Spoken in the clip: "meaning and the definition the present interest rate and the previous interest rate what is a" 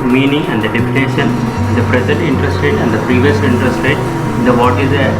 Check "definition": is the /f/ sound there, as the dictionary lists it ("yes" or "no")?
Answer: no